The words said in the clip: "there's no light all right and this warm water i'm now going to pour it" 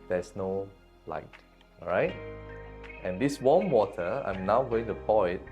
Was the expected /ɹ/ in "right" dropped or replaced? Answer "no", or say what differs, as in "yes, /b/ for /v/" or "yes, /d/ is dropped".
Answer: no